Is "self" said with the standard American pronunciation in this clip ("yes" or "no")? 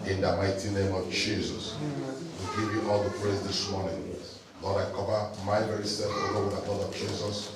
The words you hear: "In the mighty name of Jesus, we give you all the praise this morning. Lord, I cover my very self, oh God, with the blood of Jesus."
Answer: no